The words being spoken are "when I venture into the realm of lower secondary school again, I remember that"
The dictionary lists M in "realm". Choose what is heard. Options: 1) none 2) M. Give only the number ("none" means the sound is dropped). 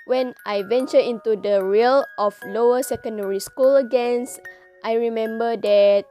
1